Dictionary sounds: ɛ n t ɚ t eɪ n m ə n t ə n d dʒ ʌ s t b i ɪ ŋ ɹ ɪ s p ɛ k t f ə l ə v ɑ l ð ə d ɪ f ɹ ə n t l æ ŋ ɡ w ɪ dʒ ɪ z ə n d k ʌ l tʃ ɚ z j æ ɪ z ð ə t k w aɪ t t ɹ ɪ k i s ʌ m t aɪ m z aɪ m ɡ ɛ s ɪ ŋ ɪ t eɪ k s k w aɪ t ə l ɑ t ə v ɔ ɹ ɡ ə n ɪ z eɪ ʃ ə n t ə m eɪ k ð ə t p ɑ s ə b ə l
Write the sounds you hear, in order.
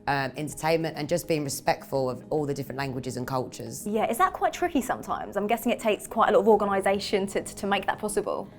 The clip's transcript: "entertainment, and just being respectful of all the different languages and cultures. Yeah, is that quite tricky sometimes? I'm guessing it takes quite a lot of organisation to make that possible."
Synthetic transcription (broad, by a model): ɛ n t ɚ t eɪ n m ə n t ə n dʒ ʌ s b i ɪ ŋ ɹ ɪ s p ɛ k t f ə l ə v ɑ l ð ə d ɪ f ɹ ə n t l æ ŋ ɡ w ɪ dʒ ɪ z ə n k ʌ l tʃ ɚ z j æ ɪ z ð ə t k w aɪ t t ɹ ɪ k i s ʌ m t aɪ m z aɪ m ɡ ɛ s ɪ ŋ ɪ t eɪ k s k w aɪ t ə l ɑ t ə v ɔ ɡ ə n ɪ z eɪ ʃ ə n t ə m eɪ k ð ə t p ɑ s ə b ə l